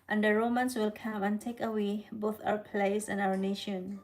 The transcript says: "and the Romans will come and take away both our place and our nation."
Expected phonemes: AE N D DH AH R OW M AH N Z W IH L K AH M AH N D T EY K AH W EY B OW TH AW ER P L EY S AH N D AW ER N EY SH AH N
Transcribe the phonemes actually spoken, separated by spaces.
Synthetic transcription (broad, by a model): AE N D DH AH R OW M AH N S W IH L K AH M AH N T EY K AH W EY B OW TH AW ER P L EY S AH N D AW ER N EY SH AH N